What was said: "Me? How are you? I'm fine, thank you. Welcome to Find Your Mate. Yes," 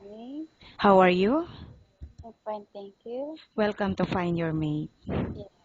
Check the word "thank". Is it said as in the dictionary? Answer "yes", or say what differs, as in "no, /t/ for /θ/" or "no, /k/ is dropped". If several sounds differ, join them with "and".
no, /t/ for /θ/